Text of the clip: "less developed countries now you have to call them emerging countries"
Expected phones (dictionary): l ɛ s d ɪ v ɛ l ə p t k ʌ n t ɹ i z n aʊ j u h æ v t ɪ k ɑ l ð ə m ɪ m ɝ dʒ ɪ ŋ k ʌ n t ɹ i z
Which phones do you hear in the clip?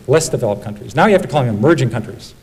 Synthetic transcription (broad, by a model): l ɛ s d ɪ v ɛ l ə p k ʌ n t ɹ i z n aʊ j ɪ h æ f t ɪ k ɑ l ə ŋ ɪ m ɝ dʒ ɪ ŋ k ʌ n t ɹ i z